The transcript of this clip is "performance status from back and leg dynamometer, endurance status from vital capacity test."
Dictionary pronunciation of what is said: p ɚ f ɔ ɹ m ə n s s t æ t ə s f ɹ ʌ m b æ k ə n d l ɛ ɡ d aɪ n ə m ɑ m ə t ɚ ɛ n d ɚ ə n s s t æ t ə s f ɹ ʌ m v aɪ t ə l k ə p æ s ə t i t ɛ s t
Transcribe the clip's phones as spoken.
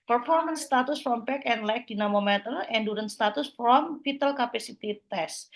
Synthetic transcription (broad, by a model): p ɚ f ɔ ɹ m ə n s s t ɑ t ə s f ɹ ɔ m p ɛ k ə n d l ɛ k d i n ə m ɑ m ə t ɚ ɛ n d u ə n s s t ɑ t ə s f ɹ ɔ m f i t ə l k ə p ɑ s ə t i t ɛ s